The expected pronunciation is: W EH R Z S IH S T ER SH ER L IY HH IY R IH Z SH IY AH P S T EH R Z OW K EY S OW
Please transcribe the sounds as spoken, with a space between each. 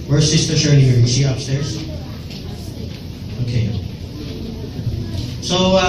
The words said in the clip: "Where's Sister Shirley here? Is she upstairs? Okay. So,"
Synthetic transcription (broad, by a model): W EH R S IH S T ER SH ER N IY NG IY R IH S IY AH P S T EH R Z OW K EY S OW